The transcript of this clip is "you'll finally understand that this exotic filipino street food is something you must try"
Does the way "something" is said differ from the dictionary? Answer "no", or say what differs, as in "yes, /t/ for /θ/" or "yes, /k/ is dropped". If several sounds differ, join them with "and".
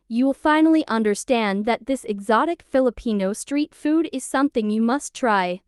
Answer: no